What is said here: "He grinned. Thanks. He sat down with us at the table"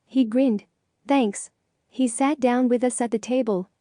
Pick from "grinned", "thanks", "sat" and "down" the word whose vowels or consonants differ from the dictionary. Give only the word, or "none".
none